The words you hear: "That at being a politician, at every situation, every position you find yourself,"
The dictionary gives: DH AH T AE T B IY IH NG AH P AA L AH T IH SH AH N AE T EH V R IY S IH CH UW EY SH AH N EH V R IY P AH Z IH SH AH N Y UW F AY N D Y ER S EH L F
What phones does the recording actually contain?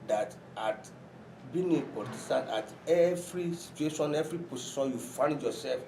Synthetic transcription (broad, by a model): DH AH T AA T B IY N AH P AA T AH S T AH N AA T EH V R IY S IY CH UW EY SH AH N EH V R IY P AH S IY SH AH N Y UW F AY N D Y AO S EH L F